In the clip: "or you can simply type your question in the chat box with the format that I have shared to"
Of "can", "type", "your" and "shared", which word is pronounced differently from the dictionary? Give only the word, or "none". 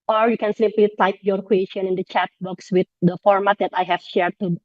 none